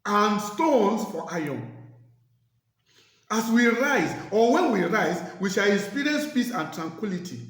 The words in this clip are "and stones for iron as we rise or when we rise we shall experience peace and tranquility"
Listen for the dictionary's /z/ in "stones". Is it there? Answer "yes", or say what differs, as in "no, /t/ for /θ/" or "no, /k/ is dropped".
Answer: no, /s/ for /z/